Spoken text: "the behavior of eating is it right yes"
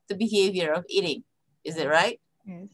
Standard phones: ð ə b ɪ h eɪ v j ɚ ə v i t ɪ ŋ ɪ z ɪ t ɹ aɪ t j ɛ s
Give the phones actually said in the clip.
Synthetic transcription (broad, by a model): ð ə b ɪ h eɪ v j ɚ ə v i t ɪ ŋ ɪ z ɪ t ɹ aɪ t